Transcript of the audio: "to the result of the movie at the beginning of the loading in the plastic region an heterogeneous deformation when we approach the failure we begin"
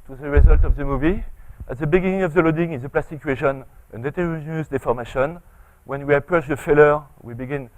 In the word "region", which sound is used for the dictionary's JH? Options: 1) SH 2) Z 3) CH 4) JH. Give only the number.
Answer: 1